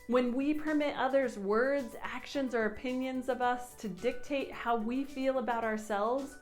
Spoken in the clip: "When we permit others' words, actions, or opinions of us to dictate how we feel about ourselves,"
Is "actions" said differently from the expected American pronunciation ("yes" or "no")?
no